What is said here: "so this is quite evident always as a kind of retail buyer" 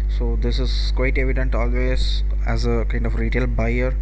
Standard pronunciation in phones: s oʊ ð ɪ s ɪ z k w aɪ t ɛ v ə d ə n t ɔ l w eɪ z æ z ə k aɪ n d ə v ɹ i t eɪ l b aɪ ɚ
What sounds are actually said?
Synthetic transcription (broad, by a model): s oʊ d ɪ s ɪ z k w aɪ t ɛ v ə d ə n t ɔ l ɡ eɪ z æ z ə k aɪ n d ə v ɹ i t eɪ l b aɪ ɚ